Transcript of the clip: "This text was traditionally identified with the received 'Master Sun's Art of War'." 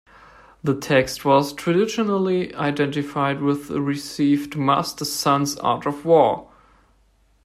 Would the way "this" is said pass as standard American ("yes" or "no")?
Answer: no